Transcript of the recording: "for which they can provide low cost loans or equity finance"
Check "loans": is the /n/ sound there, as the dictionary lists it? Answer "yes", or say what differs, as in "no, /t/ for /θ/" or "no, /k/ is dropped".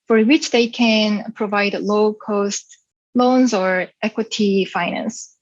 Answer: yes